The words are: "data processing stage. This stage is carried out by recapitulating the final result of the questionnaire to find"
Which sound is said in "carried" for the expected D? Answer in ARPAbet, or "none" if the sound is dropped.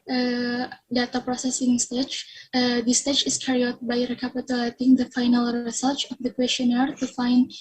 none